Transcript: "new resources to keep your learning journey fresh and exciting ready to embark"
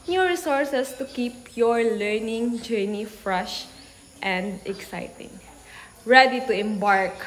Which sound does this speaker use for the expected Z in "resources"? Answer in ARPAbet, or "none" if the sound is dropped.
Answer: S